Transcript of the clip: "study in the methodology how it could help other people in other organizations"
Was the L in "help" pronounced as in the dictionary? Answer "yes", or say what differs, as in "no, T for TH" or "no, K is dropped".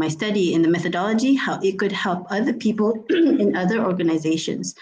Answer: yes